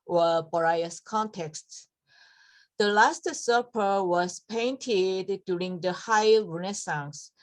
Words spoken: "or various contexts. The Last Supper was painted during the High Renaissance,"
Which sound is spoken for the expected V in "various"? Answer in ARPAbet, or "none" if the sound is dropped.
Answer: B